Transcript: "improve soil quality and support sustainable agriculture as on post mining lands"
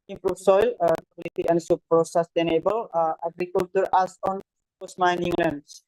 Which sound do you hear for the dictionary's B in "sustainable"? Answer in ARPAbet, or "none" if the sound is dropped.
B